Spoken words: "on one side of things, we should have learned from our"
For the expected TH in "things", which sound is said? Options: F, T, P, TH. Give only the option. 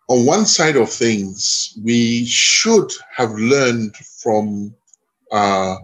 TH